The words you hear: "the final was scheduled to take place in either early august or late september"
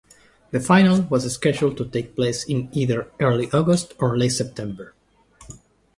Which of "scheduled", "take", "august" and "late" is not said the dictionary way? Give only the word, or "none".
scheduled